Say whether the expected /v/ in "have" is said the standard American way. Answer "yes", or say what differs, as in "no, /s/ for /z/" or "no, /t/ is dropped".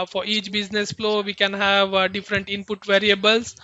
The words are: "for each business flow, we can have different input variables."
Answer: yes